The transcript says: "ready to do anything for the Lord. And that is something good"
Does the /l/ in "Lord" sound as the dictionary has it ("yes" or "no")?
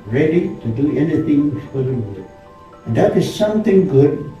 no